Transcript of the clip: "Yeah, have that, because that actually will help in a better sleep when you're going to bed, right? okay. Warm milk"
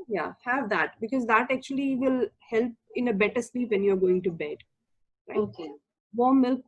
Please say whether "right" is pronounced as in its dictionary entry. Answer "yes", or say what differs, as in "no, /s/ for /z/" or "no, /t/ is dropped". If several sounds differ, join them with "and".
no, /t/ is dropped